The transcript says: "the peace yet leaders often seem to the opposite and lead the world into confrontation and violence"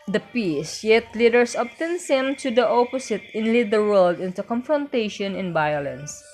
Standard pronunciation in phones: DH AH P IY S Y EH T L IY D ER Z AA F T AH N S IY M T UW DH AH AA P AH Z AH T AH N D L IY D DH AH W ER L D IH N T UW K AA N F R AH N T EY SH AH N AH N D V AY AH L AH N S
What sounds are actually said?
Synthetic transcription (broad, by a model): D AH P IY S Y EH T L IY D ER S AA P T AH N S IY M T UW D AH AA P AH S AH T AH N L IY D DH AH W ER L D IH N T UW K AA N F R AH N T EY SH AH N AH N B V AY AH L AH N S